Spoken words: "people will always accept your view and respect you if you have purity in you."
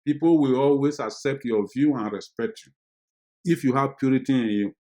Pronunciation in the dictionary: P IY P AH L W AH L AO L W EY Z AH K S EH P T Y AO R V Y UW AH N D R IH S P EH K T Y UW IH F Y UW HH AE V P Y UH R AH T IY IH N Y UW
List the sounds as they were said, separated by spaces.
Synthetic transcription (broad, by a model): P IY P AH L W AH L AO L W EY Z AH K S EH P T Y AO V Y UW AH N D R IH S P EH K T Y UW IH F Y UW HH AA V P Y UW R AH T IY IH N Y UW